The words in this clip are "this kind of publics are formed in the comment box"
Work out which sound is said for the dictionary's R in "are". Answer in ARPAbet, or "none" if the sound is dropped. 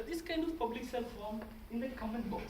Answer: L